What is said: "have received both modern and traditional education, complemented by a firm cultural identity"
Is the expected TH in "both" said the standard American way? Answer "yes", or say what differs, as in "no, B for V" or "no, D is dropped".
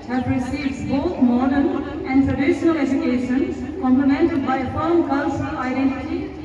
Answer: no, T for TH